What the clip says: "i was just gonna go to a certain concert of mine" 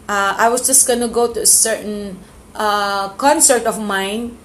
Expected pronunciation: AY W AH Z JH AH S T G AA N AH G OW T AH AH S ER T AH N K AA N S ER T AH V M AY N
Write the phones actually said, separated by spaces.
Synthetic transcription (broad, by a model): AY W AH S JH AH S T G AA N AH G OW T AH AH S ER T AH N K AA N S ER T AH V M AY N